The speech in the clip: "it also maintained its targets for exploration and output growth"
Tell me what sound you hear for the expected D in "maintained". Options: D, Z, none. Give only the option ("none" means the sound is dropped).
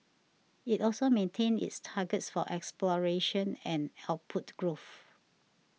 none